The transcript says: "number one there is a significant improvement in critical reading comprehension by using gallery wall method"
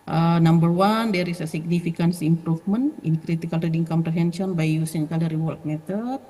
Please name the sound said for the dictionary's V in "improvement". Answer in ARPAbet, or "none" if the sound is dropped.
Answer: F